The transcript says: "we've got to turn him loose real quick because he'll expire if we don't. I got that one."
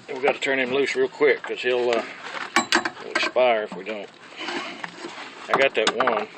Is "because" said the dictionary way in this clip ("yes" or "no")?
no